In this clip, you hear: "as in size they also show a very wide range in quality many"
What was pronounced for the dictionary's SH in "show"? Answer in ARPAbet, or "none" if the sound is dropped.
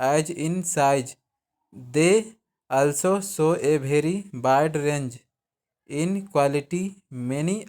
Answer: S